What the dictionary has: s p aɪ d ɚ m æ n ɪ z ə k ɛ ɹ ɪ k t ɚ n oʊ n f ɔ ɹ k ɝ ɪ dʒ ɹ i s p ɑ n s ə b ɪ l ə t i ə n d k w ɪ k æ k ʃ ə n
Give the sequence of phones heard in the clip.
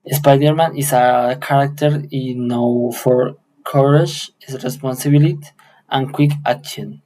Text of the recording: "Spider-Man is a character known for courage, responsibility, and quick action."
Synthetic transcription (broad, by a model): s p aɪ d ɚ m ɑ n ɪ s ə k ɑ ɹ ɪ k t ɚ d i n f ɔ ɹ k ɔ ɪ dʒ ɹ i s p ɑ n s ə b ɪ l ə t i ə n k w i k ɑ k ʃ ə n